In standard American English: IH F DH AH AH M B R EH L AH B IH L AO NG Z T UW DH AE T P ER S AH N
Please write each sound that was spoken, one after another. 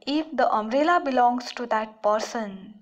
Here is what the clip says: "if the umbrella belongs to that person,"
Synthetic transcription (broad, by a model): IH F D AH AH M R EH L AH B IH L AO NG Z T UW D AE T P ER S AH N